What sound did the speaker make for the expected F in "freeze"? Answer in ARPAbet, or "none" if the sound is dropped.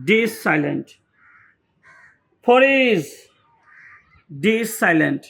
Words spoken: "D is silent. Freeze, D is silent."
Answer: P